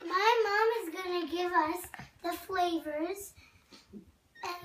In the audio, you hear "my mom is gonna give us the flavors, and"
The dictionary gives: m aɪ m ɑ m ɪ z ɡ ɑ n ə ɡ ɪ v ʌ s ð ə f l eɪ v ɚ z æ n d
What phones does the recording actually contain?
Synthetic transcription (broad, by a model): m aɪ m ɑ m ɪ z ɡ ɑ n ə ɡ ɪ v ʌ s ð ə f l eɪ v ɚ z